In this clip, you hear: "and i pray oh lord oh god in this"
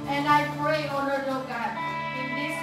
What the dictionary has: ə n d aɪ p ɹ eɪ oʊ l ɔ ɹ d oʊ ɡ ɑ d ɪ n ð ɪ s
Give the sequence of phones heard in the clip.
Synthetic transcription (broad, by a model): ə n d aɪ p ɹ eɪ oʊ n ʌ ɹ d oʊ ɡ ɑ d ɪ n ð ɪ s